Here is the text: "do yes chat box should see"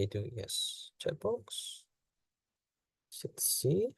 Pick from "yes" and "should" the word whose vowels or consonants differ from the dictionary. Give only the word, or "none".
should